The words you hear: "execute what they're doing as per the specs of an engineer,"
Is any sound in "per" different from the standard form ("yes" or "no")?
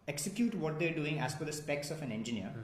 yes